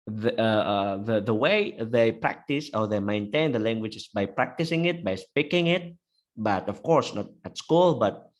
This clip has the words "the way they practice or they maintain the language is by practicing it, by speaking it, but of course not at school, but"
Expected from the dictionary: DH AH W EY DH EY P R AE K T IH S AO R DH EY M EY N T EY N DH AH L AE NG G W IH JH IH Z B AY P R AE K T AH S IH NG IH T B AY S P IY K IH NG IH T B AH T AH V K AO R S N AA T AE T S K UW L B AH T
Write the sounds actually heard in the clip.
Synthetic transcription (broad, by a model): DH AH W EY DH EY P R AE K T IH S AO R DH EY M EY N T EY N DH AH L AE NG G W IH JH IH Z B AY P R AE K T AH S IH NG IH T B AY S P IY K IH NG IH T B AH T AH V K AO R S N AA T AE T S K UW L B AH T